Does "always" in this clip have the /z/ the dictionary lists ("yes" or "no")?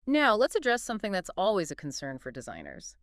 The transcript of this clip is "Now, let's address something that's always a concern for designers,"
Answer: yes